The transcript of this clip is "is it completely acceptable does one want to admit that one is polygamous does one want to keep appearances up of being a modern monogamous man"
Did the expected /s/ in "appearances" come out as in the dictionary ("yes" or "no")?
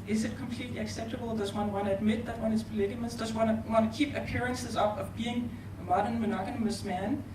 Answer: yes